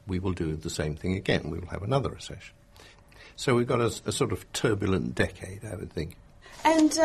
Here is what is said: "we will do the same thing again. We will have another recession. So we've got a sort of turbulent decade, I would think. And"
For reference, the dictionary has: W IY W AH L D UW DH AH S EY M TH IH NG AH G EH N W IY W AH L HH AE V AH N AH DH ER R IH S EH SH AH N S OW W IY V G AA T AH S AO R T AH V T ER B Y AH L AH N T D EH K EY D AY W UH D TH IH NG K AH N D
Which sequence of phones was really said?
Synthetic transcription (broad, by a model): W IY W AH L D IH DH AH S EY M TH IH NG AH G EH N W IY W AH L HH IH V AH N AH DH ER R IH S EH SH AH N S OW W IY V G AA T AH S AO R T AH V T ER B Y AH L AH N D EH K EY D AY W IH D TH IH NG K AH N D